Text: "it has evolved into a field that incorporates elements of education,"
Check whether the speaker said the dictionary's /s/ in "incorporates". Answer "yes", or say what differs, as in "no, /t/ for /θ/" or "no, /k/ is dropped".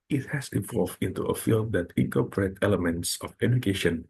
no, /s/ is dropped